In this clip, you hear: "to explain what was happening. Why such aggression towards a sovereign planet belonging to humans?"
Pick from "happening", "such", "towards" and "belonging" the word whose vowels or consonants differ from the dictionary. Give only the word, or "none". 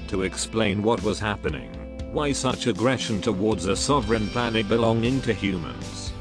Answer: none